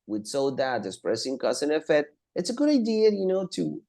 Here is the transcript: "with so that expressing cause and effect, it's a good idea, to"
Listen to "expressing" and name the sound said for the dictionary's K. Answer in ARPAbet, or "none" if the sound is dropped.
none